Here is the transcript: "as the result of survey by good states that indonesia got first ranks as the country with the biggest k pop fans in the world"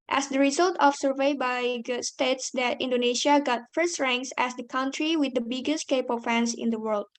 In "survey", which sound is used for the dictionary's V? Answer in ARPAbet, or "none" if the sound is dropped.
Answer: V